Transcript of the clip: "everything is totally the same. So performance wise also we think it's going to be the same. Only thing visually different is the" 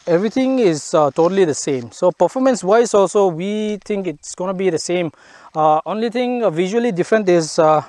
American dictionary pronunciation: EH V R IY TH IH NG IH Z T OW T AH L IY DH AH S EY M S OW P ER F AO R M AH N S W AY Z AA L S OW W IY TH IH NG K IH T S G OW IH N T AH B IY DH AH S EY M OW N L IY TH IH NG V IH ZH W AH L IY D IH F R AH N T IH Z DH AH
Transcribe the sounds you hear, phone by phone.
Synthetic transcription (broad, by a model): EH V R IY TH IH NG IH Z T OW T AH L IY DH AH S EY M S OW P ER F AO M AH N S W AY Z AA L S OW W IY T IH NG K IH T S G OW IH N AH B IY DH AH S EY M OW N L IY T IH NG V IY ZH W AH L IY D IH F R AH N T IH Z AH